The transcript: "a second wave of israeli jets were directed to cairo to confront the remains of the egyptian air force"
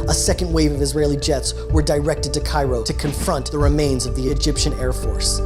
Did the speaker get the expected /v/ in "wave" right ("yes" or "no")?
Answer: yes